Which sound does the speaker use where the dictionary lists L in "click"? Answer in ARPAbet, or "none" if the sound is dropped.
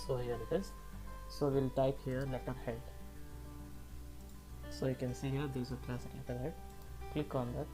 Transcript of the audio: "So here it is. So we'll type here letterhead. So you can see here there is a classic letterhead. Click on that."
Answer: L